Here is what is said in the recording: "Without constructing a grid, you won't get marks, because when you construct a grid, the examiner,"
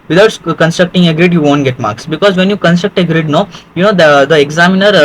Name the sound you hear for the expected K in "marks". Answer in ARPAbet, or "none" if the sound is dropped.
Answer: K